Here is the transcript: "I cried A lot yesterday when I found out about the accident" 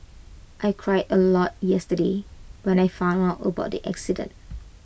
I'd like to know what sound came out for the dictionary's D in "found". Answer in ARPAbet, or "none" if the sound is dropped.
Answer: none